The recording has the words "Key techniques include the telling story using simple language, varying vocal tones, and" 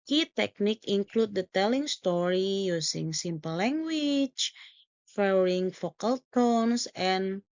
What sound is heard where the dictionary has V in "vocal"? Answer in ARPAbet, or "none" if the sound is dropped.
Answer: F